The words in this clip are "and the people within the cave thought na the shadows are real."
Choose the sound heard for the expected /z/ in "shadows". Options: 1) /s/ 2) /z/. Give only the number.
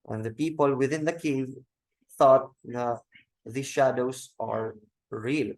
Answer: 1